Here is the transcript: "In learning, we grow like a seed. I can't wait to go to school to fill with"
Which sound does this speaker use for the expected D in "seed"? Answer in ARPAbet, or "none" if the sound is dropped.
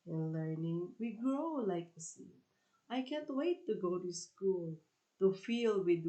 none